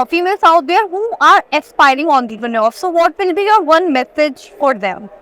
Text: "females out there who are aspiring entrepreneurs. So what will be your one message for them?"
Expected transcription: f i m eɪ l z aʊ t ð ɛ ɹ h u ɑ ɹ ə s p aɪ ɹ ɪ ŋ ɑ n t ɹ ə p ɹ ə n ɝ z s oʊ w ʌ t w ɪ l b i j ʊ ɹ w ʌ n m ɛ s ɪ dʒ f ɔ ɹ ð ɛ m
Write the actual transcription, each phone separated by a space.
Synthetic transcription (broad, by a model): f i m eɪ l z aʊ t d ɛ ɹ h u ɑ ɹ ə s p aɪ ɹ ɪ ŋ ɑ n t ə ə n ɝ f s oʊ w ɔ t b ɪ n b i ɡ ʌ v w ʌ n m ɛ s ɪ dʒ f ɔ ɹ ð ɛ m